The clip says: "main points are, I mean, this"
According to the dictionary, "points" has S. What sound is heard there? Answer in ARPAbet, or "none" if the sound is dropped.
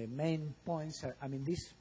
S